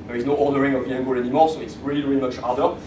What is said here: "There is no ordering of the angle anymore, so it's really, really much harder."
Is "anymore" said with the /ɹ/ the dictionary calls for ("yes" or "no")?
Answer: no